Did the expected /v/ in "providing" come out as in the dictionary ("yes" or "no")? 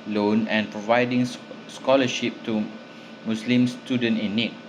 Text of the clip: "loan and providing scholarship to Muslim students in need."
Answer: yes